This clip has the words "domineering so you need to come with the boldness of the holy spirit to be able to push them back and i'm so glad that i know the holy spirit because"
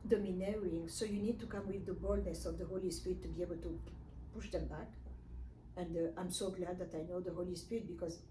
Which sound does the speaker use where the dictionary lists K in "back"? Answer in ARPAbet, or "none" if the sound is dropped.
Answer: K